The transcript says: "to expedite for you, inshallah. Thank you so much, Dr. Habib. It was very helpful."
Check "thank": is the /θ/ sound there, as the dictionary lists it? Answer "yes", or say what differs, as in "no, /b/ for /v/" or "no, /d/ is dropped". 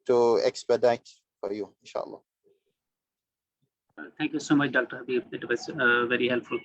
no, /t/ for /θ/